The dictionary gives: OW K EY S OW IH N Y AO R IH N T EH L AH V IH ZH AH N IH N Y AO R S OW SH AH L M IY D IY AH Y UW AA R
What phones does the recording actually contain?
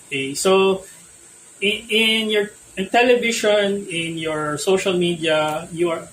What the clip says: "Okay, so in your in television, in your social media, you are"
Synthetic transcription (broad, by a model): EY S OW IH N Y AO R IH N T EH L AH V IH SH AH N IH N Y AO R S OW SH AH L M IY D IY AH Y UW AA R